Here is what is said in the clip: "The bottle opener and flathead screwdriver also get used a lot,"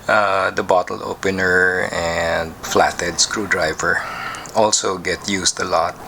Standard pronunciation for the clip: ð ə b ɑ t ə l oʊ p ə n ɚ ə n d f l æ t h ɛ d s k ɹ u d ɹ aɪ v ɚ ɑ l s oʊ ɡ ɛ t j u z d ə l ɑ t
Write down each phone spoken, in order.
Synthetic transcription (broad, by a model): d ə b ɑ t ə l oʊ p ə n ɚ ə n d f l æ t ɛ d s k ɹ u d ɹ aɪ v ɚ ɑ l s oʊ ɡ ɛ t j u s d ə l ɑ t